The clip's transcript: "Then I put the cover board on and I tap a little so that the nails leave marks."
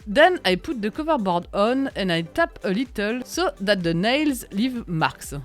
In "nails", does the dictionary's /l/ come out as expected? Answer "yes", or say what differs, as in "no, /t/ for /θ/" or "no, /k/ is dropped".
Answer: yes